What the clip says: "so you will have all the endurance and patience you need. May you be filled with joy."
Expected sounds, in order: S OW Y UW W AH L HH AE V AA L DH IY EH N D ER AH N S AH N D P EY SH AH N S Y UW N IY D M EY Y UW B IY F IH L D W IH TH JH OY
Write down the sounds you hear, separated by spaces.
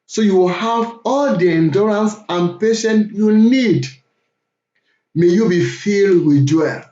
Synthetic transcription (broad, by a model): S OW Y UW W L HH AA V AA L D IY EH N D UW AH N S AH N P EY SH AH N Y UW N IY D M EY Y UW B IY F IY L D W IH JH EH